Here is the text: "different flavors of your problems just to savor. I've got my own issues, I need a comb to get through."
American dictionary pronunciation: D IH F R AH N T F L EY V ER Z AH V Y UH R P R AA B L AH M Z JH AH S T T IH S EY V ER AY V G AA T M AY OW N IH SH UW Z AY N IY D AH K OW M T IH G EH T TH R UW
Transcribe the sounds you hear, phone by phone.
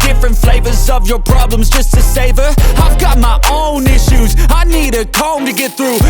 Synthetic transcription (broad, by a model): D IH F R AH N T F L EY V ER Z AH V Y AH R P R AA B L AH M Z JH AH S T T IH S EY V ER AY V G AA T M AY OW N IH SH UW Z AY N IY D AH K OW M T IH G EH T TH R UW